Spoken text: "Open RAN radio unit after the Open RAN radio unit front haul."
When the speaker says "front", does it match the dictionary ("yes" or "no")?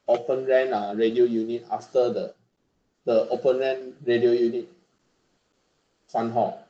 no